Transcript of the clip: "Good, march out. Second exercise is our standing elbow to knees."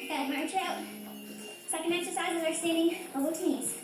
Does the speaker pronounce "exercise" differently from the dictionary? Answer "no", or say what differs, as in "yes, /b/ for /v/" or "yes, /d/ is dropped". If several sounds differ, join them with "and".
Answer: no